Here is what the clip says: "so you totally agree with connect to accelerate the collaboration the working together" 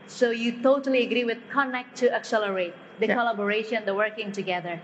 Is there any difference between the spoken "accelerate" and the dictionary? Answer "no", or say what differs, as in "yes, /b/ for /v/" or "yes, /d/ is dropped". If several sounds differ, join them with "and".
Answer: no